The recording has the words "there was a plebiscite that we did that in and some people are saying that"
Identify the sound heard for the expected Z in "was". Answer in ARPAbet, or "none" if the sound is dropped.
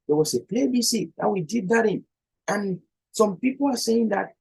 S